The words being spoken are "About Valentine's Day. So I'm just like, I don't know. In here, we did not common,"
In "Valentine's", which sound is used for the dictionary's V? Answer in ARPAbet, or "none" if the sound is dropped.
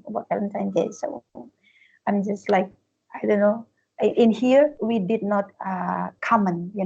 F